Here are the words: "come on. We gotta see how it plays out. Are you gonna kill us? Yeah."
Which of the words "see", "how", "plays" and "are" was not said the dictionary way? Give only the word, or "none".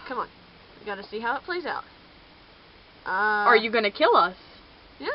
none